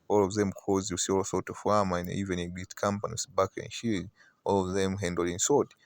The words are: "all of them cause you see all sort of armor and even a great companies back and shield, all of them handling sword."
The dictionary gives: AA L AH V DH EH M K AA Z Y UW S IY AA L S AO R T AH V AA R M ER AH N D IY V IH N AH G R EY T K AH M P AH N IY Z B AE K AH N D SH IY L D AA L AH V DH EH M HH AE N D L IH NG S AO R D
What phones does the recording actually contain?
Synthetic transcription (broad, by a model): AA L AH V DH EH M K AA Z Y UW S IY AA L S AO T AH W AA M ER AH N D IY V IH N AH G EY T K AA M P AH N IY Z B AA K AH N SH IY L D AA L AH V DH EH M HH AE N D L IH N S AO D